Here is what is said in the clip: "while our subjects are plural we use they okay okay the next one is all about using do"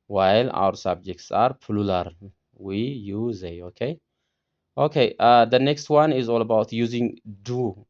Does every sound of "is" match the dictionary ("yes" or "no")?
yes